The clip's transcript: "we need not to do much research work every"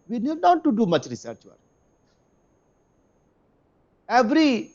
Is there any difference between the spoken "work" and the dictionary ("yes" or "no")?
yes